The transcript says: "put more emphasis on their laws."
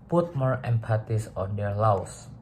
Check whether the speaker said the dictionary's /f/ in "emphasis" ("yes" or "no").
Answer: no